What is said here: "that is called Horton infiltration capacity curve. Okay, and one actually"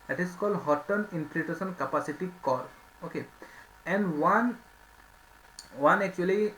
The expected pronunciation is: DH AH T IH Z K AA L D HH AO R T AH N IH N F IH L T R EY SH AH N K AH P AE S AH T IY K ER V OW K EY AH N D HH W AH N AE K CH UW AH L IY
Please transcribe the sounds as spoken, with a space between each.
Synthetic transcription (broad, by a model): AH T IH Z K AA L D HH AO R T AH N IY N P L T EY S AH N K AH P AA S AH T IY K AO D OW K EY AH N D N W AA N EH K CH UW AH L IY